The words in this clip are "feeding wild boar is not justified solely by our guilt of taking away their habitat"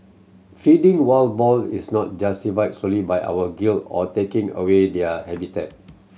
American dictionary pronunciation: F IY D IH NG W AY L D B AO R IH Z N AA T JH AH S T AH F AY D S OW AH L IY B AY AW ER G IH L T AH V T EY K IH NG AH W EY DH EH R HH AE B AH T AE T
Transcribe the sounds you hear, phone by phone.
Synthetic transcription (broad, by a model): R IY D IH NG W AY L B AO L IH S N AA T JH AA S T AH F AY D S OW L IY B AY AW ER G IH L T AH T EY K IH NG AH W EY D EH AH HH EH B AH T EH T